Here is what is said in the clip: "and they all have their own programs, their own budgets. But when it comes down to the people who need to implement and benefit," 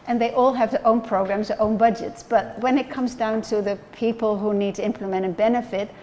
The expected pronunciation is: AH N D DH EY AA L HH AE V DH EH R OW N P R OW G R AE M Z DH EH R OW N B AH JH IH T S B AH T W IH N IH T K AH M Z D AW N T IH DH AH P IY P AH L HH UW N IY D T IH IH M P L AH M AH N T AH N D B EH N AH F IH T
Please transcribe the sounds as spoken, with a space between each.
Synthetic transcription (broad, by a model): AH N DH EY AA L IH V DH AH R OW N P R OW G R AE M Z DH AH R OW N B AH JH IH T S B AH T W IH N IH T K AH M Z D AW N T IH DH AH P IY P AH L HH UW N IY D T IH IH M P L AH M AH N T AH N B EH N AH F IH T